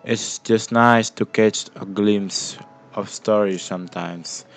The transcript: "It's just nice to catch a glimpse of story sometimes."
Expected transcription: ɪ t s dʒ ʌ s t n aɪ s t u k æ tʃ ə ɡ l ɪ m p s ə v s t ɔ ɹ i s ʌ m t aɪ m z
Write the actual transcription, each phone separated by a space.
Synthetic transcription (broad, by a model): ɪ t s dʒ ʌ s t n aɪ s t u k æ tʃ ə ɡ l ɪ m s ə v s t ɔ ɹ i s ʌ m t aɪ m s